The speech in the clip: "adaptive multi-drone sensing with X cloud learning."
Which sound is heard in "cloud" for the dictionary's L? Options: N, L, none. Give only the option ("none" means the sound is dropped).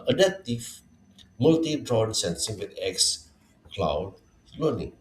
L